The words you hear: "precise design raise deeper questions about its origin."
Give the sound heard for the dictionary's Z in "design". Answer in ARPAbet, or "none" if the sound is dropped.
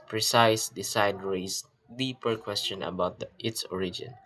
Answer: S